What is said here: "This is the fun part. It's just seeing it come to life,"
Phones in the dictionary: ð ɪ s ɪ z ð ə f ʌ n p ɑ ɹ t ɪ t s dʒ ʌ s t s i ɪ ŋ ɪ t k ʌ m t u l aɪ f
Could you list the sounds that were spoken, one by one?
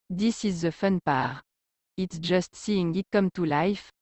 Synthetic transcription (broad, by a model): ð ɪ s ɪ z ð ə f ʌ n p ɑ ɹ ɪ t s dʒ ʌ s t s i ɪ ŋ ɪ t k ʌ m t u l aɪ f